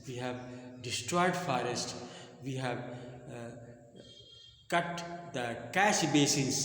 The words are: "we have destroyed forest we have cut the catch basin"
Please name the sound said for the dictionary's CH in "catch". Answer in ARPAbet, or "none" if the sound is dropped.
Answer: SH